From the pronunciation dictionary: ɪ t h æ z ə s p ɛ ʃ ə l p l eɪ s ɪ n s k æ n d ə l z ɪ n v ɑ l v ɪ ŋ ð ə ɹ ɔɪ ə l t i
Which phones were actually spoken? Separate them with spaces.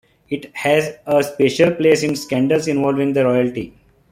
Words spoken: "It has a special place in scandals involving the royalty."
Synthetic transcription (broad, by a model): ɪ t h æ z ə s p ɛ ʃ ə l p l eɪ s ɪ n s k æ n d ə l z ɪ n v ɑ l v ɪ ŋ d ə ɹ ɔɪ ə l t i